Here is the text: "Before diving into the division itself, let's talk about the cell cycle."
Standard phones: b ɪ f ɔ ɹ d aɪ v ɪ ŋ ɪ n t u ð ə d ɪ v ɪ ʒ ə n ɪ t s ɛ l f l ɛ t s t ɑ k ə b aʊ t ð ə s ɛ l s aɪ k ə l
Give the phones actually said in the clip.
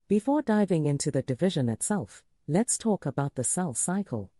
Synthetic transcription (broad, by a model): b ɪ f ɔ ɹ d aɪ v ɪ ŋ ɪ n t u ð ə d ɪ v ɪ ʒ ə n ɪ t s ɛ l f l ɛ t s t ɑ k ə b aʊ t ð ə s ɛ l s aɪ k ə l